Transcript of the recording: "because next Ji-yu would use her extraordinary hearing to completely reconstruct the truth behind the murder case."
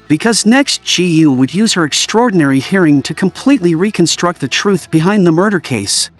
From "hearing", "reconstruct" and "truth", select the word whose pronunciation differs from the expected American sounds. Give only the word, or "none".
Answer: none